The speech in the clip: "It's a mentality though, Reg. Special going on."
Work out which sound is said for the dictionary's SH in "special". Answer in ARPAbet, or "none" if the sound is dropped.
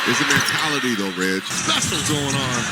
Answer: S